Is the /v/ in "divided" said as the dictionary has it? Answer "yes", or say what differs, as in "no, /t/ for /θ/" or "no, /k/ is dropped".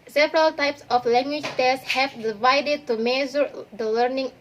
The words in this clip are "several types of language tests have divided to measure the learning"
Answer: yes